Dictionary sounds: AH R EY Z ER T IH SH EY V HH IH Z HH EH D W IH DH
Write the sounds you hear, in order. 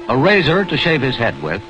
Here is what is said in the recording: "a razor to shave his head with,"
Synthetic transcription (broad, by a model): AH R EY Z ER T IH SH EY V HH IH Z HH EH D W IH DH